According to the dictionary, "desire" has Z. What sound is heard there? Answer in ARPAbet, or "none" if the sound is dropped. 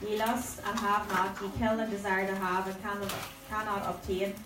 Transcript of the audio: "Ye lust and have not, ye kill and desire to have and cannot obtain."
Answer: Z